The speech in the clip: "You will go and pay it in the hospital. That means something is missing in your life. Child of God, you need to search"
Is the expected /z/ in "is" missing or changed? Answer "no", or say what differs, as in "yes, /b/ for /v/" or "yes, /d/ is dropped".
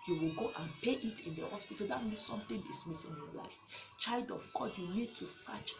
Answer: yes, /s/ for /z/